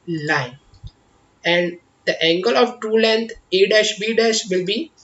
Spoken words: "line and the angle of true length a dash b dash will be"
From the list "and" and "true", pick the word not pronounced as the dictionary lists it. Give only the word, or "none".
true